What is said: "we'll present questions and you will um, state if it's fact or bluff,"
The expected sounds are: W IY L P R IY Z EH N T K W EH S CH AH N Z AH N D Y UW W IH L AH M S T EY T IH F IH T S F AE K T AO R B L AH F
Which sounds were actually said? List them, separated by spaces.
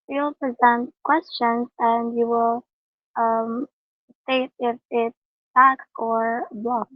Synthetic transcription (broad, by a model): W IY L P R IY Z EH N T K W EH S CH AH N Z AH N D Y UW W IH L AH M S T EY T IH F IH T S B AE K AO R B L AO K